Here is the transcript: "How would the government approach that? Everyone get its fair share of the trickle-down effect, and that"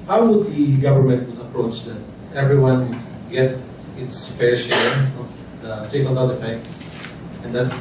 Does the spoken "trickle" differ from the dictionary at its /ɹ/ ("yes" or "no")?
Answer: yes